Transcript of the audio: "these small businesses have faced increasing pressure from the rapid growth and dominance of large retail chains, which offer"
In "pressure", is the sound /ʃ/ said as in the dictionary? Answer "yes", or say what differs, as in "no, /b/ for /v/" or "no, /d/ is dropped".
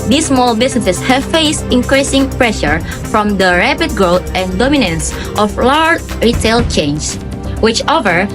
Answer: yes